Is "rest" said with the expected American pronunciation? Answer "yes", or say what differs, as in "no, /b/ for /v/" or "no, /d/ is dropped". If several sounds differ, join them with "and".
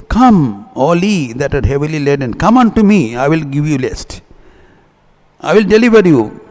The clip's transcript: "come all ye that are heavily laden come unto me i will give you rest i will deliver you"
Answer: no, /l/ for /ɹ/